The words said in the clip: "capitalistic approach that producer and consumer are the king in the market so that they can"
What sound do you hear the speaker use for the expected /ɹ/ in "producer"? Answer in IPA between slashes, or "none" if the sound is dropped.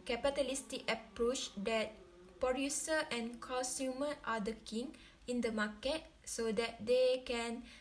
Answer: none